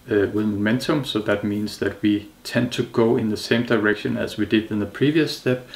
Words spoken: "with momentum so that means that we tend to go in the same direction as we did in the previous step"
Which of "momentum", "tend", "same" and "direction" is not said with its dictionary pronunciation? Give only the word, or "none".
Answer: none